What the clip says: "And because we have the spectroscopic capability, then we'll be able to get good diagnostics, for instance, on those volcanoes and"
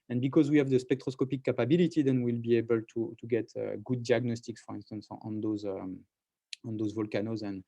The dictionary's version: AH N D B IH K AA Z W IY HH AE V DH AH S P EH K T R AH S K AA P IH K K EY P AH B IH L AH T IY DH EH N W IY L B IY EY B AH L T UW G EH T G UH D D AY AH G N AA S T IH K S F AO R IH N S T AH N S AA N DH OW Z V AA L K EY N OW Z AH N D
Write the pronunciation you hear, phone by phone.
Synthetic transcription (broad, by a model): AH N B IH K AA Z W IY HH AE V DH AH S P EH K T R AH S K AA P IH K K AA P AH B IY L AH T IY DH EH N W IY L B IY EY B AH L T UW G EH T G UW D D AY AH G N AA S T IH K S F AO R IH N S T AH N S AA N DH OW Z V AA L K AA N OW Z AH N